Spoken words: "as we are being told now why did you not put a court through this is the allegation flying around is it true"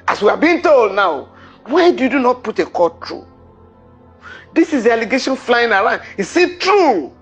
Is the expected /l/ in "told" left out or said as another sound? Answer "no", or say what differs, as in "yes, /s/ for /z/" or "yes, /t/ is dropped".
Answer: no